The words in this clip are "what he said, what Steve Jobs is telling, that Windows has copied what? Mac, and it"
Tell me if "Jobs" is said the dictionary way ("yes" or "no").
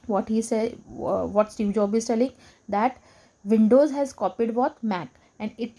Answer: no